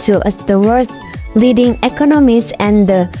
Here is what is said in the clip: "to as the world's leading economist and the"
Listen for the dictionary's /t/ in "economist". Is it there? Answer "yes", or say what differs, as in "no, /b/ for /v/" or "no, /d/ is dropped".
no, /t/ is dropped